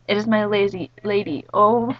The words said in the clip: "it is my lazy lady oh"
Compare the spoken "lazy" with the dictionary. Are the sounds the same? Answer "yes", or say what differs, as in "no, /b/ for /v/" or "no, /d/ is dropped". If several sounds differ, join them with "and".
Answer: yes